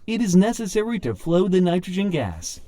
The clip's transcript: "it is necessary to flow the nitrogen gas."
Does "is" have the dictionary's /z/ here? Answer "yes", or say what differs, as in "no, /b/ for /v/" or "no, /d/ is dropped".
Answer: yes